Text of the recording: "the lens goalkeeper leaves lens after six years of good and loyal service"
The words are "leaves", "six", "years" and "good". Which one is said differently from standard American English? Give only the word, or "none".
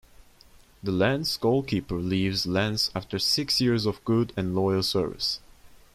none